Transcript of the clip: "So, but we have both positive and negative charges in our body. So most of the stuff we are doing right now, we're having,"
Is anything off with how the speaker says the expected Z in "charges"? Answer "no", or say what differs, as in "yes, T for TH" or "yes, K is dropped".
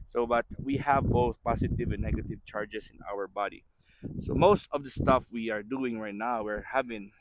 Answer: yes, S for Z